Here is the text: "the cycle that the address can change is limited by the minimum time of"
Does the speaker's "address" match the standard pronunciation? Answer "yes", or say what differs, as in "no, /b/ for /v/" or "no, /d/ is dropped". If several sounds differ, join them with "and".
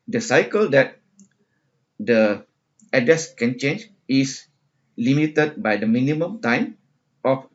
no, /ɹ/ is dropped